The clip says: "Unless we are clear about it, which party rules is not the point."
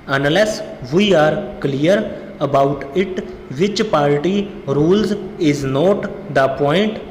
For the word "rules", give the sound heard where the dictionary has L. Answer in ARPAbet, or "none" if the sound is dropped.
L